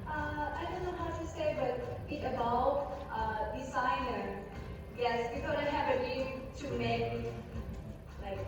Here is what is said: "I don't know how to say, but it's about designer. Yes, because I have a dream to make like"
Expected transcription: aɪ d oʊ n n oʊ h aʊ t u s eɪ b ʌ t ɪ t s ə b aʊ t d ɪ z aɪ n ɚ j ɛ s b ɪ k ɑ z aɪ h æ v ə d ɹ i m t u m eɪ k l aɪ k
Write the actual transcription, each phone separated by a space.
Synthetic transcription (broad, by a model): aɪ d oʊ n n oʊ h aʊ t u s eɪ b ʌ t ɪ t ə b aʊ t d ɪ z aɪ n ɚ j ɛ s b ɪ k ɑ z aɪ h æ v ə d i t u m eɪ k l aɪ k